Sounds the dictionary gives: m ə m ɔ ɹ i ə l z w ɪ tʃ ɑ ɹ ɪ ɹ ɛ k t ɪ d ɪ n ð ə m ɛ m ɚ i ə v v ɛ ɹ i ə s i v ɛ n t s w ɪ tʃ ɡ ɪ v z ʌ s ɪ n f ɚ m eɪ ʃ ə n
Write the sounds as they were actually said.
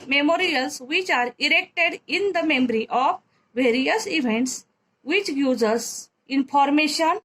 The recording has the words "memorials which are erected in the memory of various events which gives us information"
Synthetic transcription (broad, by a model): m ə m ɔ ɹ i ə l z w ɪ tʃ ɑ ɹ ɪ ɹ ɛ k t ɪ d ɪ n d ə m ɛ m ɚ i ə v v ɛ ɹ i ə s i v ɛ n t s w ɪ tʃ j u z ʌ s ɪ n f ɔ m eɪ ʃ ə n